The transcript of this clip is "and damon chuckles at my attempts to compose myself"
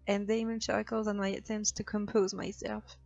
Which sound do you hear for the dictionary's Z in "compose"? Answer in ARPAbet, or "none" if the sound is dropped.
Z